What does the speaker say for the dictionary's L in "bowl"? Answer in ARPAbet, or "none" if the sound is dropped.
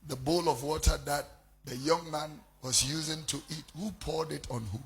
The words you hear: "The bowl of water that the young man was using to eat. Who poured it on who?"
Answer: L